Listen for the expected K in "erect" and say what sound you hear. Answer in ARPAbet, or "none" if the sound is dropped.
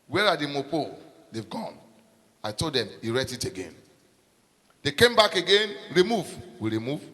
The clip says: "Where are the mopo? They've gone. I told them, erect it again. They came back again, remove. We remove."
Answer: none